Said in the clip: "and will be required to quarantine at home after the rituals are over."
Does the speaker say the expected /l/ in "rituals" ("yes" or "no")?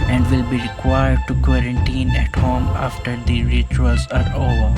no